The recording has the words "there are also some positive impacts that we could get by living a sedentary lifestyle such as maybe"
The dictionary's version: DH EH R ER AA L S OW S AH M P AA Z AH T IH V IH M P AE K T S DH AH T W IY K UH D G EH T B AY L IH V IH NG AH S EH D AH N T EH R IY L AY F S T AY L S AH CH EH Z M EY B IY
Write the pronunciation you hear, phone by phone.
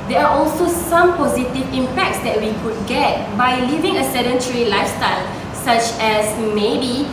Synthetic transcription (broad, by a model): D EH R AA AA L S OW S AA M P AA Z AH T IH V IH M P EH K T S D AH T W IY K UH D G EH T B AY L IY V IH NG AH S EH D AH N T R IY L AY F S T AY L S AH CH EH S M EY B IY